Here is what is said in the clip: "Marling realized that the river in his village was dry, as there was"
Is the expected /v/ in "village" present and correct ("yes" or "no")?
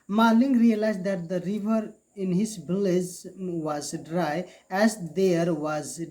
no